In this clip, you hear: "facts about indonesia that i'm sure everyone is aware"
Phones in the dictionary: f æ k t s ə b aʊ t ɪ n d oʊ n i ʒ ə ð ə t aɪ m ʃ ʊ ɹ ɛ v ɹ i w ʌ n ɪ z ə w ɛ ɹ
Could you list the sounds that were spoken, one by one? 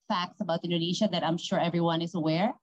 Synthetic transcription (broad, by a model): f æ k t s ə b aʊ t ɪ n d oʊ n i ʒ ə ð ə t aɪ m ʃ ʊ ɹ ɛ v ɹ i w ʌ n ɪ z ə w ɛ ɹ